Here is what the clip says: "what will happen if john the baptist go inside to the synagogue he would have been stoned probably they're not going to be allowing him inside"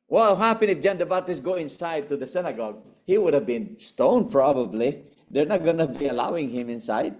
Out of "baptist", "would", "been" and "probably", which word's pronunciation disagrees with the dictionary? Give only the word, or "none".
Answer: baptist